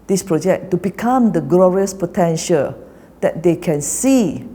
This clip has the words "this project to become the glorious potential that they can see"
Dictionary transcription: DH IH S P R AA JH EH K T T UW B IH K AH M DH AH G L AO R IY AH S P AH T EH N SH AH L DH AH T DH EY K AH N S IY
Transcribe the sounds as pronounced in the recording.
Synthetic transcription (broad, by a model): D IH S P R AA JH EH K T T UW B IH K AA M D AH G L AO R IY AH S P AH T EH N SH AH L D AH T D EY K AH N S IY